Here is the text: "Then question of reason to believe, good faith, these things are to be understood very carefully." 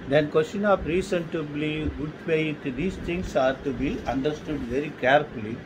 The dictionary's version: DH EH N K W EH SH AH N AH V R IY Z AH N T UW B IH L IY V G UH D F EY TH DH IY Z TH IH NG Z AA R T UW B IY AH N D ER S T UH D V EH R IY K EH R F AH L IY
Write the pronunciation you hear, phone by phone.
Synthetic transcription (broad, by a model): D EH N K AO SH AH N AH P R IY S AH N T UW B L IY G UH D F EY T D IY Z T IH NG S AA R T UW B IY AH N D ER S T UH D V EH R IY K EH R F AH L IY